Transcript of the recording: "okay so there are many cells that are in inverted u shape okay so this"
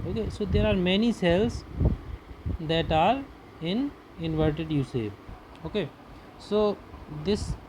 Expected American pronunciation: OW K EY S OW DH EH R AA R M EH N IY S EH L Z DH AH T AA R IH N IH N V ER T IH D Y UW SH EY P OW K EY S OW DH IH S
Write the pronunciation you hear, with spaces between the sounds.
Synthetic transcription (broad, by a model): OW K EY S OW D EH R AA R M EH N IY S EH L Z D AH T AA R IH N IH N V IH T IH D Y UW S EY OW K EY S OW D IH S